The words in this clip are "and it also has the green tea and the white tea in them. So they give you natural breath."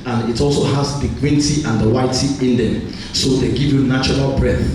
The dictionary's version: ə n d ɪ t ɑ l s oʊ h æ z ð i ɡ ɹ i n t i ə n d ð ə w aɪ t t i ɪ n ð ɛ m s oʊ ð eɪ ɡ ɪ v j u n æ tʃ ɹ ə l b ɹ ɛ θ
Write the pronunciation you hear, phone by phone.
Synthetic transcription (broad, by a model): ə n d ɪ t ɑ l s oʊ h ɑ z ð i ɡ w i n t i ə n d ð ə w aɪ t t i ɪ n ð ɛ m s oʊ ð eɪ ɡ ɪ v j u n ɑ tʃ ɹ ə l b ɹ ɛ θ